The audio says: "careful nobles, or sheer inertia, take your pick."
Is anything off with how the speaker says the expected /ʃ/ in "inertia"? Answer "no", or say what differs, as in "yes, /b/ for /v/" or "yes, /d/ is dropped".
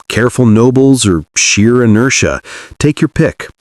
no